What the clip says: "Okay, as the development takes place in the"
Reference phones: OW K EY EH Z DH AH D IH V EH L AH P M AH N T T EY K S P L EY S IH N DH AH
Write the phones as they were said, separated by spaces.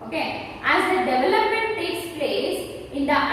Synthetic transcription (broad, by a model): OW K EY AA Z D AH D IH V EH L AH P M AH N T T EY K S P L EY S IH N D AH